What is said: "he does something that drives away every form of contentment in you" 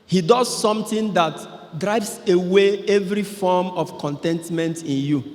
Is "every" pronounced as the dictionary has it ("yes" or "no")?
yes